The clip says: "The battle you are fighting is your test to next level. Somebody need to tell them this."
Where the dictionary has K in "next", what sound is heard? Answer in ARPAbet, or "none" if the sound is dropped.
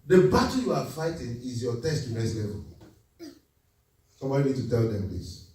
none